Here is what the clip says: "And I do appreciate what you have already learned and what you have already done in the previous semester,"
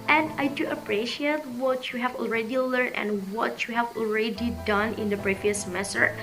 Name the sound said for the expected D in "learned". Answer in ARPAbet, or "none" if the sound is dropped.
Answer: none